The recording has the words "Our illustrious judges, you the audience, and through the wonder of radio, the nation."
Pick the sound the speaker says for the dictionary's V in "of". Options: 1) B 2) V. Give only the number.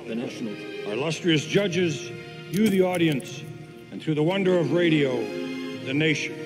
2